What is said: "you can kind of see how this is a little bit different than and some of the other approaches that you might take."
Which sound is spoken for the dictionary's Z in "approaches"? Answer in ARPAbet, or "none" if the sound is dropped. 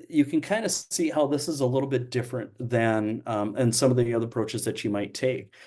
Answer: Z